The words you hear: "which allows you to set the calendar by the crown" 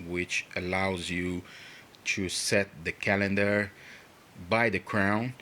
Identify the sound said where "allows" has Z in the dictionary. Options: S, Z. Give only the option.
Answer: Z